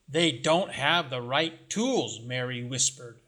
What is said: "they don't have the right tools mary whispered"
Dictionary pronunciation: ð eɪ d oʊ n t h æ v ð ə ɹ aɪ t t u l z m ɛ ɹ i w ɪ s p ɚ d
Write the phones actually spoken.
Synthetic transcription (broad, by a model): ð eɪ d oʊ n t h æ v ð ə ɹ aɪ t t u l z m ɛ ɹ i w ɪ s p ɚ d